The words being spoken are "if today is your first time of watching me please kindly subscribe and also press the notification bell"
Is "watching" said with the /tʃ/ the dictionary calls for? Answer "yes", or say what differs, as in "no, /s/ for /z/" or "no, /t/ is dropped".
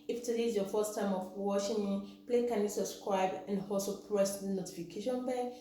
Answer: no, /ʃ/ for /tʃ/